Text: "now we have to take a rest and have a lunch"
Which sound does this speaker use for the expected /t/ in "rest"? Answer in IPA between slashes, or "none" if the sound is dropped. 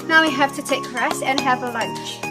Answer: none